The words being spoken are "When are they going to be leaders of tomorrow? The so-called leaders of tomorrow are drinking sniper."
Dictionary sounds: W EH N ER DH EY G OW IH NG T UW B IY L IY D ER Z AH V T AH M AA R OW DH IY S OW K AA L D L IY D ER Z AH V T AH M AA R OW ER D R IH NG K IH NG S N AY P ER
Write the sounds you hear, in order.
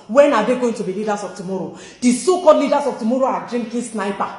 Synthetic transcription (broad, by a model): W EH N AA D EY G OW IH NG T UW B IY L IY D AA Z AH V T AH M AA R OW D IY S OW K AA D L IY D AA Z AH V T AH M AA R OW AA D R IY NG K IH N S N AY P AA